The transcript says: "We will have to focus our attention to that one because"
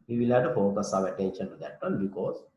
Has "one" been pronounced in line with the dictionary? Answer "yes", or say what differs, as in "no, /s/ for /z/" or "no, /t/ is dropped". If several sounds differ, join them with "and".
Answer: no, /l/ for /n/